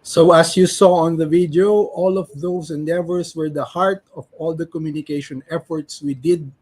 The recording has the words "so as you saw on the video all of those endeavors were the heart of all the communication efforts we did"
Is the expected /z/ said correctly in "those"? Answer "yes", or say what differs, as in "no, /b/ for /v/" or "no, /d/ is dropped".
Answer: no, /s/ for /z/